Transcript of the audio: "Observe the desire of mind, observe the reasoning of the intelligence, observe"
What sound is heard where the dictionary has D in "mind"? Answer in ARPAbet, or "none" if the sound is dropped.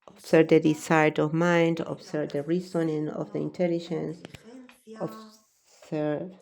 D